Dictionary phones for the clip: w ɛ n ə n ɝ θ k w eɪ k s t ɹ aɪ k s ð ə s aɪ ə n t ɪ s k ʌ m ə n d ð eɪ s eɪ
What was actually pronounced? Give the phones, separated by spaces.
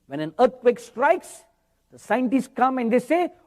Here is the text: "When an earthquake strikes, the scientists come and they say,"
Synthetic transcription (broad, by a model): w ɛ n ə n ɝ t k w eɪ k s t ɹ aɪ k s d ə s aɪ ə n t ɪ s k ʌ m ə n d eɪ s eɪ